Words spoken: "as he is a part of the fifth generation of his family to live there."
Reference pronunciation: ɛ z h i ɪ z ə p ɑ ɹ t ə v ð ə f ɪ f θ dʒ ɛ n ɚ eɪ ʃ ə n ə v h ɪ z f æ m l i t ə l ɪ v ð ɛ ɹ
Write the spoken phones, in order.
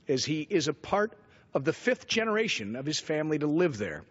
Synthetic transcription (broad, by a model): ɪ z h i ɪ z ə p ɑ ɹ t ə v ð ə f ɪ f θ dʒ ɛ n ɚ eɪ ʃ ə n ə v ɪ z f æ m l i t ə l ɪ v ð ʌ ɹ